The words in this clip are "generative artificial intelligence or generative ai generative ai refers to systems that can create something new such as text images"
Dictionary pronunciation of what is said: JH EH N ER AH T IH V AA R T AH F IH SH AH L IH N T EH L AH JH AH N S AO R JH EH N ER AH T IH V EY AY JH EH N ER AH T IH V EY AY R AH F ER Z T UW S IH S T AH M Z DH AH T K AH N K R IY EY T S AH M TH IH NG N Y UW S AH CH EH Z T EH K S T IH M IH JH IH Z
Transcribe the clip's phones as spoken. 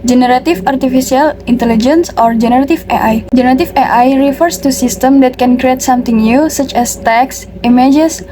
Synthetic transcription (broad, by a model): JH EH N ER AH T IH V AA R T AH F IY S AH L IH N T EH L AH JH AH N S AO R JH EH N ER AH T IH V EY AY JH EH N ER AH T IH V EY AY R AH F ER S T UW S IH S T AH M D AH T K AH N K R IY EY T S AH M T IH NG N Y UW S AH CH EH S T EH K S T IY M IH JH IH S